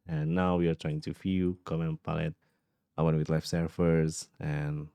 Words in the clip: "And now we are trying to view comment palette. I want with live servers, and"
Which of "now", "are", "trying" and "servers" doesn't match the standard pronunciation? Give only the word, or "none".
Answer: servers